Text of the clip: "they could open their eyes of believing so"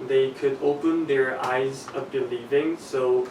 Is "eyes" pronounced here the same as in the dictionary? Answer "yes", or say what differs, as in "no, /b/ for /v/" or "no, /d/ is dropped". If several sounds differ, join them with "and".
yes